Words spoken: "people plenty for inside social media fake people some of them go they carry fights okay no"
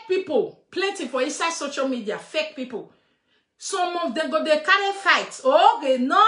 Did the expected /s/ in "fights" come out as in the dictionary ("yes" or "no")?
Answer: no